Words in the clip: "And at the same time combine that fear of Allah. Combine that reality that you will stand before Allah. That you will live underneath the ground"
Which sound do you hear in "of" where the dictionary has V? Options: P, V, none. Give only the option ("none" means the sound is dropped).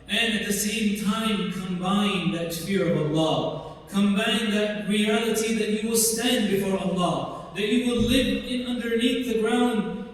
V